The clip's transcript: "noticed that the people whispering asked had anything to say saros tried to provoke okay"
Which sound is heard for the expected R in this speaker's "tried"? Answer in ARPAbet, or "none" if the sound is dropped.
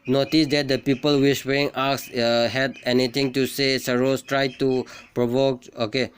R